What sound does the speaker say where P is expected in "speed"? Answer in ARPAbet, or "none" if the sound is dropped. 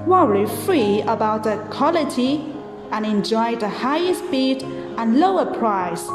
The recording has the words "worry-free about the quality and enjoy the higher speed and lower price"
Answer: B